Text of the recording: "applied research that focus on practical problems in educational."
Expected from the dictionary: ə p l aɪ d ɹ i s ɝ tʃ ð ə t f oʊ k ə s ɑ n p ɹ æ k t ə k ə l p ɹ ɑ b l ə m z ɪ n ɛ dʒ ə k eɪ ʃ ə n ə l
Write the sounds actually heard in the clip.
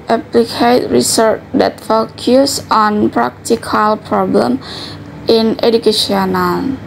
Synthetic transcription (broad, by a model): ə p l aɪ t ɹ i s ɝ tʃ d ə t f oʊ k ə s ɑ n p ɹ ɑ k t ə k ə l p ɹ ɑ b l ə m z ɪ n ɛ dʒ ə k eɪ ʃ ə n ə l